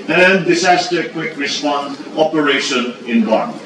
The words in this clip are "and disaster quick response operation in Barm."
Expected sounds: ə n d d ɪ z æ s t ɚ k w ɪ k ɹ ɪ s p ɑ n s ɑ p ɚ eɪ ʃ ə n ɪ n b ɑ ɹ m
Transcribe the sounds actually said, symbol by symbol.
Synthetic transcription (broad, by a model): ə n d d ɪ s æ s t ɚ k w ɪ k ɹ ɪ s p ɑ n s ɑ p ɚ eɪ ʃ ə n ɪ n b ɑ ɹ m